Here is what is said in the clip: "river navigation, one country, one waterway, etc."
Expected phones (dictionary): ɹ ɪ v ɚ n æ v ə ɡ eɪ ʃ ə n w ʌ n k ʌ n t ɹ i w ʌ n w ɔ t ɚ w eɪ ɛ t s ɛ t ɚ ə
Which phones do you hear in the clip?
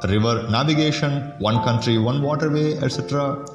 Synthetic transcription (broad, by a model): ɹ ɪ v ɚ n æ v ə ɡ eɪ ʃ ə n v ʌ n k ʌ n t ɹ i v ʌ n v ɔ t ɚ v eɪ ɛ t s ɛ t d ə